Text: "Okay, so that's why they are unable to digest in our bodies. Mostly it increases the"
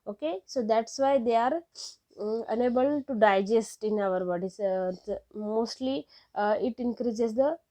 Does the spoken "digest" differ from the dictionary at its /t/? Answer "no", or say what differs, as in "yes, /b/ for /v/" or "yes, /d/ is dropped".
no